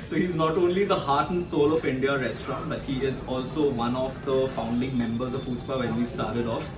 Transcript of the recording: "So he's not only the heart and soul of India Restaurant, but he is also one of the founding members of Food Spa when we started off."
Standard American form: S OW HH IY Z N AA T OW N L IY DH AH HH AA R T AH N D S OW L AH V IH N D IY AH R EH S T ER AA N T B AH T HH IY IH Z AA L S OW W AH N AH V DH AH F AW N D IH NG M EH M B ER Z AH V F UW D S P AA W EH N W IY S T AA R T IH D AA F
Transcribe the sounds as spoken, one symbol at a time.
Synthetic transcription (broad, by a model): S OW HH IY Z N AA T OW N L IY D AH HH AA R T AH N D S OW L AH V IH N D IY AH R EH S T ER AA N T B AH T HH IY IH Z AA L S OW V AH N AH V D AH F AW N D IH NG M EH M B ER Z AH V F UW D S P AA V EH N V IY S T AA R T IH D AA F